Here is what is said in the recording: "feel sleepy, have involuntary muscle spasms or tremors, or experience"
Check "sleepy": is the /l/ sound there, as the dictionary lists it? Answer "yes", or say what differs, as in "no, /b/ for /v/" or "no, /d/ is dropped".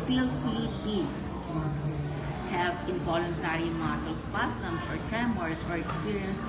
no, /l/ is dropped